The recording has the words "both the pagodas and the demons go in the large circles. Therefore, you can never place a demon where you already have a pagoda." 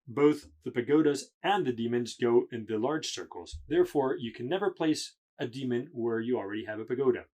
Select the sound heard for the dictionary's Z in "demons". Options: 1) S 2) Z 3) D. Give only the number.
2